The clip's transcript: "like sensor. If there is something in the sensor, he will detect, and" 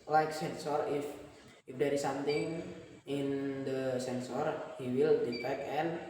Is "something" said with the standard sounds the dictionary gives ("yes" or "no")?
no